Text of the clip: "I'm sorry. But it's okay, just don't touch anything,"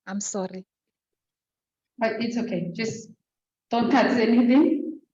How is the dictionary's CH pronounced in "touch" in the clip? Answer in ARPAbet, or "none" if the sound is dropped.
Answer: S